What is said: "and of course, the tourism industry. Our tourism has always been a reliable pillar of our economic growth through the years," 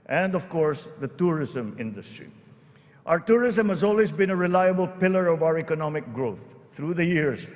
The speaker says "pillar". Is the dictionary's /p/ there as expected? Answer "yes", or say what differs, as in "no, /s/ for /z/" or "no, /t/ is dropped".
yes